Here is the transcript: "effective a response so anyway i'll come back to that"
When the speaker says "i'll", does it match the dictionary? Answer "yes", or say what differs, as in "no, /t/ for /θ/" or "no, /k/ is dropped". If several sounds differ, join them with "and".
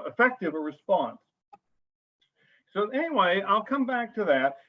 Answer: yes